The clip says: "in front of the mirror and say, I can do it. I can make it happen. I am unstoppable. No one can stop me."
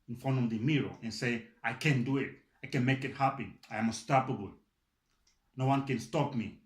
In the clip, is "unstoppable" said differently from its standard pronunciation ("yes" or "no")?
yes